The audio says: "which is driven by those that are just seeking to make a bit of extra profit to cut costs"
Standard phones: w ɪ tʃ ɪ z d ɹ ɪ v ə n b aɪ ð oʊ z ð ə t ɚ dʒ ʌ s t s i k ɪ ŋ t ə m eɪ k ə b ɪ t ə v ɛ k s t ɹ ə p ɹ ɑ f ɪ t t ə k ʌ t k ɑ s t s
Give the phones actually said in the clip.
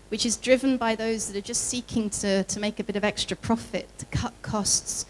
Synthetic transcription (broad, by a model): w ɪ tʃ ɪ z d ɹ ɪ v ə n b aɪ ð oʊ z ð ə t ɚ dʒ ʌ s t s i k ɪ ŋ t ə m eɪ k ə b ɪ t ə v ɛ k s t ɹ ə p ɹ ɑ f ɪ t t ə k ʌ t k ɑ s t s